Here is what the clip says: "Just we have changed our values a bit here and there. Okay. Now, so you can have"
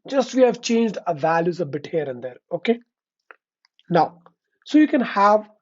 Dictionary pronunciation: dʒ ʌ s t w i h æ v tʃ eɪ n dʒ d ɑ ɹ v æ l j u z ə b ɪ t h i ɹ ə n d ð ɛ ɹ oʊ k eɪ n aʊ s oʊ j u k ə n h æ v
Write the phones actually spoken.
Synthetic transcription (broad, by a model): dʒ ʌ s t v i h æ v tʃ eɪ n dʒ d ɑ v æ l j u z ə b ɪ t h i ɹ ə n d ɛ ɹ oʊ k eɪ n aʊ s oʊ j u k ə n h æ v